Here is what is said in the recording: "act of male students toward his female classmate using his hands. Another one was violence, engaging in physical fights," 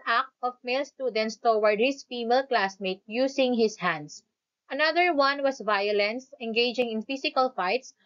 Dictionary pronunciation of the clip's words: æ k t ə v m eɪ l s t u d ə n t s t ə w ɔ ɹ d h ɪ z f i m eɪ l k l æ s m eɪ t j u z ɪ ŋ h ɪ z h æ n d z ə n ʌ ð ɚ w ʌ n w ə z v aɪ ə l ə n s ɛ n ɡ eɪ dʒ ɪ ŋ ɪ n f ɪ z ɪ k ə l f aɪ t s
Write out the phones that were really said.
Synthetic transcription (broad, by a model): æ k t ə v m eɪ l s t u d ə n t s t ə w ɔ ɹ d h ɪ s f i m eɪ l k l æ s m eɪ t j u s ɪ ŋ h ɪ s h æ n d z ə n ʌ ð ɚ w ʌ n w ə s v aɪ ə l ə n s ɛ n ɡ eɪ dʒ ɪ ŋ ɪ n f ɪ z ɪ k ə l f aɪ t s